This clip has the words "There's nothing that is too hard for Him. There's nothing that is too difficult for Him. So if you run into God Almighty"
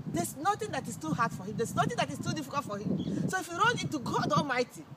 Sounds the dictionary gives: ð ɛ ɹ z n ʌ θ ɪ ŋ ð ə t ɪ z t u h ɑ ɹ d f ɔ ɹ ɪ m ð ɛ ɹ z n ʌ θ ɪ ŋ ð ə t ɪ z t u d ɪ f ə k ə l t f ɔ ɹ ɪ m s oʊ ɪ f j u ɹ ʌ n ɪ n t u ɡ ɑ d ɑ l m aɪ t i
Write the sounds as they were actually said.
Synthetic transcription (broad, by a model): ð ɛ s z n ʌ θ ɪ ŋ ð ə t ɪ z t u h ɑ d f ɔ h ɪ m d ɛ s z n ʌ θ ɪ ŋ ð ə t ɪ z t u d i f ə k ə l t f ɔ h ɪ m s oʊ ɪ f j u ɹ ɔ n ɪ t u ɡ ɑ d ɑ l m aɪ t i